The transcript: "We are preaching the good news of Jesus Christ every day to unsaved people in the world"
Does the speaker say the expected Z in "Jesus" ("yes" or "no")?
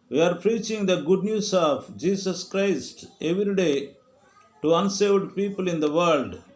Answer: no